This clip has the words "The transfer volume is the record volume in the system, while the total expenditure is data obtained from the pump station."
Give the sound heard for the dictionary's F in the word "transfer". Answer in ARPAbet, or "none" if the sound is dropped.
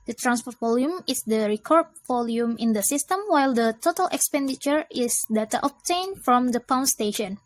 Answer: P